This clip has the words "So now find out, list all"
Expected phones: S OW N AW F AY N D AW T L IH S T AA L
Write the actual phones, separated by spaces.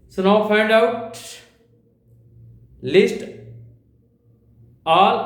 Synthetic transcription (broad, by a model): S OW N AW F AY N D AW T L IH S T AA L